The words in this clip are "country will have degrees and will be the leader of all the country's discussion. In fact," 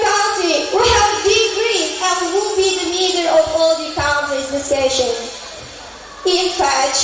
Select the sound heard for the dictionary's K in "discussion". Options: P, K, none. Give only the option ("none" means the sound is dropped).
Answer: none